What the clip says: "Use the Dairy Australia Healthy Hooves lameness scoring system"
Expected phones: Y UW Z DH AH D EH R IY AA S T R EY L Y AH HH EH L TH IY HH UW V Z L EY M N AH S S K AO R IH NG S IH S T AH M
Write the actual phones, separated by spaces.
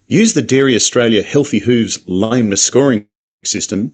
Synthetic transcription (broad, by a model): Y UW Z DH AH D EH R IY AA S T R EY L Y AH HH EH L TH IY HH UW V Z L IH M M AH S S K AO R IH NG S IH S T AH M